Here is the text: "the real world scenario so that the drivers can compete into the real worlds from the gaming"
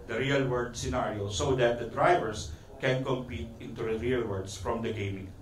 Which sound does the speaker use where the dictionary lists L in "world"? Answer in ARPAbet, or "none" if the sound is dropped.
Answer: none